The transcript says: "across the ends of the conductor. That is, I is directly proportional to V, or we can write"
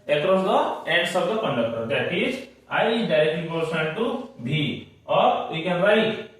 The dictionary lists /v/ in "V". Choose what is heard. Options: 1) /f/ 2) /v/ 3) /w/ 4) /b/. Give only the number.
4